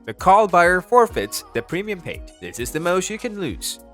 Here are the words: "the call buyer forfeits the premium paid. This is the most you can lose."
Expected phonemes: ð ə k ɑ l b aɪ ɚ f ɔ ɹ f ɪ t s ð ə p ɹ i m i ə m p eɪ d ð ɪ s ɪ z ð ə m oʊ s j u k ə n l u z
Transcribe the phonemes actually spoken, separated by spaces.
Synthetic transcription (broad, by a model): ð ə k ɑ l b aɪ ɚ f ɔ ɹ f ɪ t s ð ə p ɹ i m i ə m p eɪ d ð ɪ s ɪ z ð ə m oʊ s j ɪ k ə n l u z